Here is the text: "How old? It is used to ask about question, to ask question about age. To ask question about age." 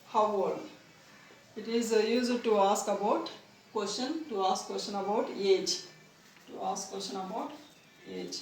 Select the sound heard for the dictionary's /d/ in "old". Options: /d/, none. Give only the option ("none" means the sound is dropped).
none